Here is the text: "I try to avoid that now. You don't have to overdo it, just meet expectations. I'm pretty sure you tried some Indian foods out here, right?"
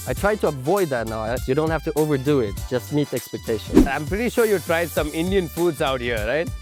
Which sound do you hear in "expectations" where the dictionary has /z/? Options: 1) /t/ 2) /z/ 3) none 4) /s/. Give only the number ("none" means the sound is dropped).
3